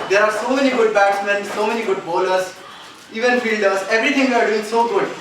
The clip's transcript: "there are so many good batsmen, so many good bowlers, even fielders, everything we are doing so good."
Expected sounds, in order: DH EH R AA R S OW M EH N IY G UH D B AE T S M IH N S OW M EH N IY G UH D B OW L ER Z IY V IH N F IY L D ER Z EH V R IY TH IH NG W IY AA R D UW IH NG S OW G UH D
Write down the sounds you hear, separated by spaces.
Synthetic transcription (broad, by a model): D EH R AA R S OW M EH N IY G UH D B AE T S M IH N S OW M EH N IY G UH D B OW L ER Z IY V IH N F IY L D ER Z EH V R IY T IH NG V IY AA R D UW IH NG S OW G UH D